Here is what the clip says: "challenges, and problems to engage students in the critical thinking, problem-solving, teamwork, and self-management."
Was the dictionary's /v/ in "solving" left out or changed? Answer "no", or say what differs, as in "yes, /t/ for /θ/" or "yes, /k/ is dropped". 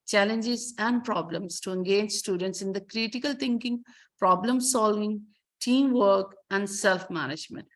no